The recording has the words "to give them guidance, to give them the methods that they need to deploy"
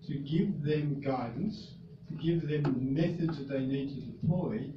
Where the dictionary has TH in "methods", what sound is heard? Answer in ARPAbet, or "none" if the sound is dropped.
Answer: TH